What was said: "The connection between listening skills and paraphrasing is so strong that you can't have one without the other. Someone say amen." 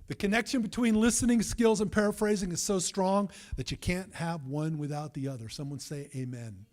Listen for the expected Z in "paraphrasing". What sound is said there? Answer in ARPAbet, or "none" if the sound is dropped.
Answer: Z